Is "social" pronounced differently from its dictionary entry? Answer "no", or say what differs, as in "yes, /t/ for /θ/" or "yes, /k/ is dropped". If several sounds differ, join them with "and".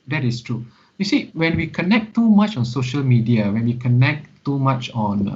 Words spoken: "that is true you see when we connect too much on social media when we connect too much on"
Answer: no